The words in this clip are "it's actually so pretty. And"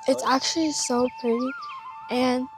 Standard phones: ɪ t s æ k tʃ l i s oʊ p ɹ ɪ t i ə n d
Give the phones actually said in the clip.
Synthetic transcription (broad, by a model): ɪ t s æ k tʃ l i s oʊ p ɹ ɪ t i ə n